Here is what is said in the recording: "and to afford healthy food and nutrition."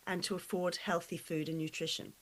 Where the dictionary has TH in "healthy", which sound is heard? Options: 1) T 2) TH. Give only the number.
2